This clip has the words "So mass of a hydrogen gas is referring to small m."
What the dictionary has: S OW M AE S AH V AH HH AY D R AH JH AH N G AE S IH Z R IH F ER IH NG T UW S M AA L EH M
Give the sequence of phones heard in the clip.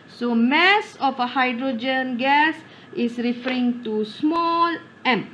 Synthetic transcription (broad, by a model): S OW M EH S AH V AH HH AY D R AH JH AH N G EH S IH S R IH F ER IH NG T UW S M AA L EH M